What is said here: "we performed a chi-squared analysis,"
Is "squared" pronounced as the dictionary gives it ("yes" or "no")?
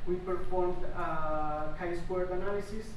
no